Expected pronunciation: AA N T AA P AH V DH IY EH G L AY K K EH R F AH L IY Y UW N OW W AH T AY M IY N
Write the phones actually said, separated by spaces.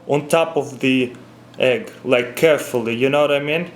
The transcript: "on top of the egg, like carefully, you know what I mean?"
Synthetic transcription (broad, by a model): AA N T AA P AH V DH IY EH G L AY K K EH R F AH L IY Y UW N OW W AH T AY M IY N